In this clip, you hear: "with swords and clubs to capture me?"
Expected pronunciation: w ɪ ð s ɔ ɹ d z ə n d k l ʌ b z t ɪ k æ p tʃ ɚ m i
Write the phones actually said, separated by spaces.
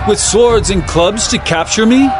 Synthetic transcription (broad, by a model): w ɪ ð s ɔ ɹ d z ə n k l ʌ b z t ɪ k æ p tʃ ɚ m i